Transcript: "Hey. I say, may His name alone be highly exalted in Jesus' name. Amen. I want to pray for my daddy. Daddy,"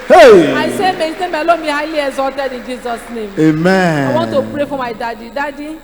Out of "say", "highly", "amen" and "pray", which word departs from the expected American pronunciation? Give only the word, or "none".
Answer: amen